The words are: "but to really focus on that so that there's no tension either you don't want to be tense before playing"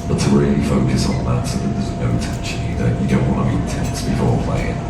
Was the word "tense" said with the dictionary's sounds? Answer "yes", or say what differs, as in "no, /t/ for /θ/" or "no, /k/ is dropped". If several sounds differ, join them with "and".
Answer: no, /n/ is dropped